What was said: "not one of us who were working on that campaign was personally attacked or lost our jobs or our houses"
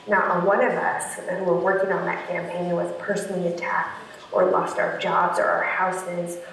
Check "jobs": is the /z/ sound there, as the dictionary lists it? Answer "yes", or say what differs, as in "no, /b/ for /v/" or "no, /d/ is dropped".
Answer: yes